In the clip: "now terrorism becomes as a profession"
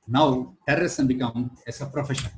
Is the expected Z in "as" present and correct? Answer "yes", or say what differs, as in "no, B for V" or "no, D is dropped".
no, S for Z